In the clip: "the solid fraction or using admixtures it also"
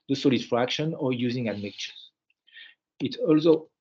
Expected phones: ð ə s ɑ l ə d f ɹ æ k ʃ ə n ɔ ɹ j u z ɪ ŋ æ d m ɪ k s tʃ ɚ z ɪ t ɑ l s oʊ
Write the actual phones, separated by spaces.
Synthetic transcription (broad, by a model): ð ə s ɑ l ə d f ɹ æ k ʃ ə n ɔ ɹ j u z ɪ ŋ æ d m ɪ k tʃ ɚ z ɪ t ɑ l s oʊ